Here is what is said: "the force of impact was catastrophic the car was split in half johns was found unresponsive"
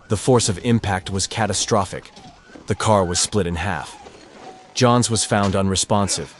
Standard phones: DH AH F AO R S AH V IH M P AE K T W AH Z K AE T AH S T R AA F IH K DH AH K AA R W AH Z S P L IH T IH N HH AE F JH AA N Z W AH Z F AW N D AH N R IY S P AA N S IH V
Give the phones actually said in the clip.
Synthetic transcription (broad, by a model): DH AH F AO R S AH V IH M P AE K T W AH Z K AE T AH S T R AA F IH K DH AH K AA R W AH Z S P L IH T IH N HH AE F JH AA N Z W AH Z F AW N D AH N R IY S P AA N S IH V